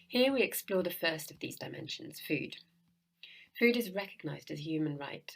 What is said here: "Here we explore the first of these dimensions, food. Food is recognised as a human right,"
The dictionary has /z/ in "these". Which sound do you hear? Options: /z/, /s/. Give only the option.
/z/